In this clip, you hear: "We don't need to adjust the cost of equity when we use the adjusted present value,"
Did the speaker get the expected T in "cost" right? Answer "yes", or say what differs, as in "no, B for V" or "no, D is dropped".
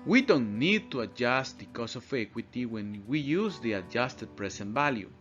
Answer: no, T is dropped